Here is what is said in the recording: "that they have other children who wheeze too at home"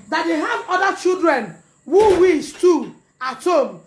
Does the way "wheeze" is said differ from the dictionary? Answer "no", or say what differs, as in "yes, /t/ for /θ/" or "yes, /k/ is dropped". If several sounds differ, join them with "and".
yes, /s/ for /z/